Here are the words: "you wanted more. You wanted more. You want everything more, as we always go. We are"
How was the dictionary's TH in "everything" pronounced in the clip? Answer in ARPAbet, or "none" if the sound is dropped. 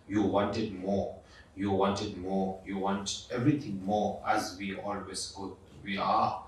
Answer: T